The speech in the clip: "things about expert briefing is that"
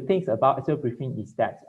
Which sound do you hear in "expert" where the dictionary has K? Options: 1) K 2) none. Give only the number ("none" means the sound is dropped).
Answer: 2